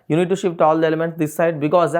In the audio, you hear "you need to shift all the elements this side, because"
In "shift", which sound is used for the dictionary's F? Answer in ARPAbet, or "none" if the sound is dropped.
P